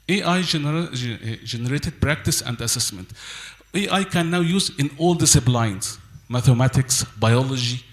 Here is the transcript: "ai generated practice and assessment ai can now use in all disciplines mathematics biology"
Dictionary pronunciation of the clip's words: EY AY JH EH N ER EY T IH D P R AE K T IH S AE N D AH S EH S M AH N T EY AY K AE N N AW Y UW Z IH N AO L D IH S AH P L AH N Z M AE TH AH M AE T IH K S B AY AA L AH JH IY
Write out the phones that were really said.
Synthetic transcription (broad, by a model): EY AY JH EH N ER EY T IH D P R AE K T IH S AE N D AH S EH S M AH N T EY AY K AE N N AW Y UW Z IH N AO L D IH S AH B L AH N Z M AE TH AH M AE T IH K S B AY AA L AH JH IY